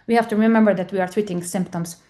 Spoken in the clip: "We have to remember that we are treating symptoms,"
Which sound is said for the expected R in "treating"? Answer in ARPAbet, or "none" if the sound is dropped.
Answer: W